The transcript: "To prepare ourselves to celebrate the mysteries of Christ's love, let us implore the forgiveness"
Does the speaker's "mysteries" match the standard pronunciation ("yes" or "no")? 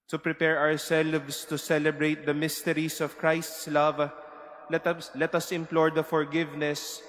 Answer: no